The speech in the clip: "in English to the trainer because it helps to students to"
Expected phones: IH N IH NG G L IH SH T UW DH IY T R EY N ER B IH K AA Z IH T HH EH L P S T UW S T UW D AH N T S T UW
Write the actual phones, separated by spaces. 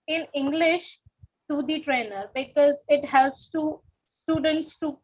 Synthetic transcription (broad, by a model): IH N IH NG G L IH SH T UW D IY T R EY N ER B IH K AA Z IH T HH EH L P S T UW S T UW D AH N T S T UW